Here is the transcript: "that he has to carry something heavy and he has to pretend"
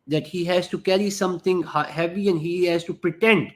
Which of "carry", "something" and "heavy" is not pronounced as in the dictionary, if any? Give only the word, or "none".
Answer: something